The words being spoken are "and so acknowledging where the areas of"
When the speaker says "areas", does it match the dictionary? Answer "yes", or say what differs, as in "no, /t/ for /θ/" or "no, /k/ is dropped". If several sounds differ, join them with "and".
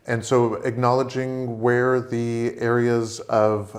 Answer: yes